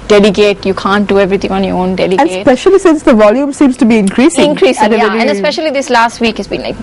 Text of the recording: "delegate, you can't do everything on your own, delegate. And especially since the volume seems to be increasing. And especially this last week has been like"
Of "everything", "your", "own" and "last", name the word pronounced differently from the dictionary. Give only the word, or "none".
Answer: everything